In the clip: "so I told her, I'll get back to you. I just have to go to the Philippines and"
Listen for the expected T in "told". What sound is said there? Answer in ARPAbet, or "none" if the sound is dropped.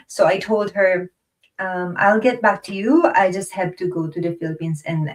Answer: T